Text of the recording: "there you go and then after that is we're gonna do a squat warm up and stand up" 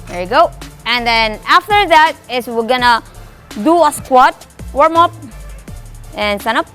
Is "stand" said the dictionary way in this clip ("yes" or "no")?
no